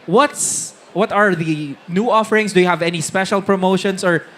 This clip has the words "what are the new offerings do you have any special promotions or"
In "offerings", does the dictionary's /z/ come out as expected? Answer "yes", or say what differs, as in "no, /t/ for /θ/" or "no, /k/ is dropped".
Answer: no, /s/ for /z/